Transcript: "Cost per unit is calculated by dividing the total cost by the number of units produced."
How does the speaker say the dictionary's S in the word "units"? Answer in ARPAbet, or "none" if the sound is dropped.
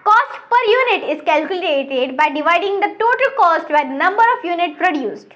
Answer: none